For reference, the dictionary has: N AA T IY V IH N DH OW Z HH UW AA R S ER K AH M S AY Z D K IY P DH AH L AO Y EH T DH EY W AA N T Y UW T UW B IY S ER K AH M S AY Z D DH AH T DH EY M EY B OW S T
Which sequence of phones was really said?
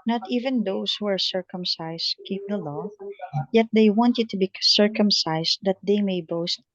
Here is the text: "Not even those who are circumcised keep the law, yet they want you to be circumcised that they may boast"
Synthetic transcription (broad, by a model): N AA T IY V IH N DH OW S HH UW AA R S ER K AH M S AY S K IY P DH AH L AO Y EH T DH EY W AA N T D T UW B IY S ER K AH M S AY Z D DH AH T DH EY M EY B OW S T